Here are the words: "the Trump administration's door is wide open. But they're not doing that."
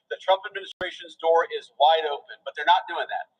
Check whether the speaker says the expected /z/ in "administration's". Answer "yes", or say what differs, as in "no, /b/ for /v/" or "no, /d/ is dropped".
yes